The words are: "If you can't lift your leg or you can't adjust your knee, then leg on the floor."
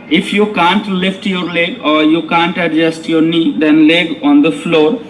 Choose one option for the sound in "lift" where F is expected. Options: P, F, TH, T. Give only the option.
F